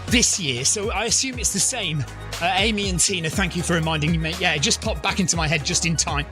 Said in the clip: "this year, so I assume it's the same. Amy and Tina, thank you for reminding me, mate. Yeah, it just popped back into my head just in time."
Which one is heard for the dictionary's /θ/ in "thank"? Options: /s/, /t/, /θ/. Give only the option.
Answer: /θ/